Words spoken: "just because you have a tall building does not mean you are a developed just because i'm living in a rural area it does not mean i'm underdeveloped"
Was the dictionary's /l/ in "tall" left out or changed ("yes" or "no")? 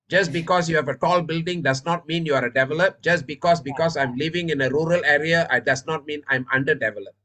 no